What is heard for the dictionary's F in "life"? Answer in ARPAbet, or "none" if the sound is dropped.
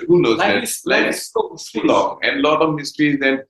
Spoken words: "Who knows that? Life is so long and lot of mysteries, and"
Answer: none